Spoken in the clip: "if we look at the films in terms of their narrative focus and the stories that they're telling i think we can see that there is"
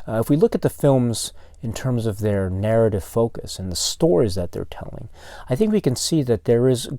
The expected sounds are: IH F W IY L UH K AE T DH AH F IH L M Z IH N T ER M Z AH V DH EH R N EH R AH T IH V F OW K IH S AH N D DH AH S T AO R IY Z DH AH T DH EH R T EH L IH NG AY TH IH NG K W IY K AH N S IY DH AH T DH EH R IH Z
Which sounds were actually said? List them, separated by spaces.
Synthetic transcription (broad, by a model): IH F W IY L UH K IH T DH AH F IH L M Z IH N T ER M Z AH V DH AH R N EH R AH T IH V F OW K IH S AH N DH AH S T AO R IY Z DH AH T DH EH R T EH L IH NG AY TH IH NG K W IY K AH N S IY DH AH T DH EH R IH Z